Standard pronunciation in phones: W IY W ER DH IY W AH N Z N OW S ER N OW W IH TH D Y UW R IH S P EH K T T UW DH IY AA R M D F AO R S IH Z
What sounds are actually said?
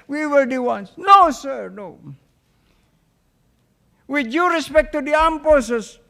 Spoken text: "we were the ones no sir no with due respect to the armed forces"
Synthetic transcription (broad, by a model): W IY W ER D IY W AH N S N OW S ER N OW W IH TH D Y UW R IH S P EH K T T UW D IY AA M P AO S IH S